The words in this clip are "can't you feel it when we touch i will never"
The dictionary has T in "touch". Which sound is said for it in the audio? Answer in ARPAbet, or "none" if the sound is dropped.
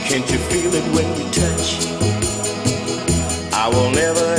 T